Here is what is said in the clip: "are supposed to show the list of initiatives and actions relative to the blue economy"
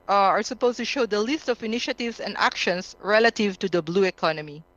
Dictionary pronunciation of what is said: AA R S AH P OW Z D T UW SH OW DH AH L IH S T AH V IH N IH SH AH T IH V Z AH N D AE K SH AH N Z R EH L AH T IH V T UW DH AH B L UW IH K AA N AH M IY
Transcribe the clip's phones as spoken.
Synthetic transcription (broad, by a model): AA R S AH P OW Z T UW SH OW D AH L IH S T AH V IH N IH SH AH T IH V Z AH N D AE K SH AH N S R EH L AH T IH V T UW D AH B L UW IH K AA N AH M IY